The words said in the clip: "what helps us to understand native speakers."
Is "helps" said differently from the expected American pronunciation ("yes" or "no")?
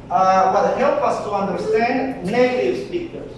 yes